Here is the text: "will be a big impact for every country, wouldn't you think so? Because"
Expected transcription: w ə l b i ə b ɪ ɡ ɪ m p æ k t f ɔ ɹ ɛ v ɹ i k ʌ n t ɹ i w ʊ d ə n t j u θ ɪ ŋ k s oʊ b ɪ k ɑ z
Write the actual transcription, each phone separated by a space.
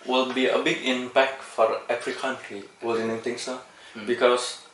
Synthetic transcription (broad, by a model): w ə l b i ə b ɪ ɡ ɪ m p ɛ k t f ɔ ɹ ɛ f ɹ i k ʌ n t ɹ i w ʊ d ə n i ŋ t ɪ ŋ s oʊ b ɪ k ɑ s